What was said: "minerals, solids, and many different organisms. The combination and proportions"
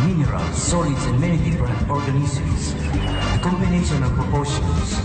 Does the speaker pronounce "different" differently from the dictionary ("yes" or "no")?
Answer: yes